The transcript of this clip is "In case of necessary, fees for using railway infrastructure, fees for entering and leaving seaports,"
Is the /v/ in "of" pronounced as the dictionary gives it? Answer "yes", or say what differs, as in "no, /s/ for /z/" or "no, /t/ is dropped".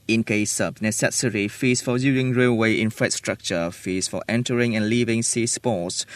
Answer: no, /b/ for /v/